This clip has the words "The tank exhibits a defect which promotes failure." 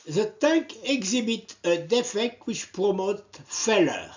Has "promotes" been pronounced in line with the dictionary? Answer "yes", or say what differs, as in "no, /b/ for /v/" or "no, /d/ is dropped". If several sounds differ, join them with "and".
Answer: no, /s/ is dropped